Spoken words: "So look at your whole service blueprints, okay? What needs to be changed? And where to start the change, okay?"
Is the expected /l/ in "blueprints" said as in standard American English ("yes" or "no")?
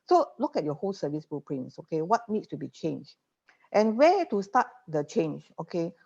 no